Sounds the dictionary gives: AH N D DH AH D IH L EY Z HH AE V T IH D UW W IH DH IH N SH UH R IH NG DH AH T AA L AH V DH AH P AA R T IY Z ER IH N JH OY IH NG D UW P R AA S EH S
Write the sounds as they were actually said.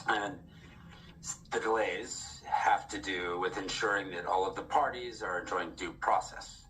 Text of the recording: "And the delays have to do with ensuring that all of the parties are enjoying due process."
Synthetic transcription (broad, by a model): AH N DH AH D IH L EY Z HH AE F T IH D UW W IH DH IH N SH UH R IH NG DH AH T AA L AH V DH AH P AA R T IY Z ER IH N JH OY IH NG D UW P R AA S EH S